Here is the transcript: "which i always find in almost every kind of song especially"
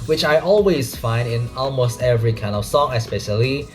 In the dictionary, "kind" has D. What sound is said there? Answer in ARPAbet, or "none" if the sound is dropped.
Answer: D